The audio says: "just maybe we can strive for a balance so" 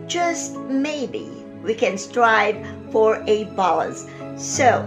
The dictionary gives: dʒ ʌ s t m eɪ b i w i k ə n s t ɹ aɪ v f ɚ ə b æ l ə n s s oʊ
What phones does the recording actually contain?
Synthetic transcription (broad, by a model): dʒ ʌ s t m eɪ b i w i k ə n s t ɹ aɪ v f ɚ ə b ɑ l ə s s oʊ